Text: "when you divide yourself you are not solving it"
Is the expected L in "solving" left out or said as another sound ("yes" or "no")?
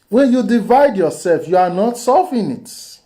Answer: yes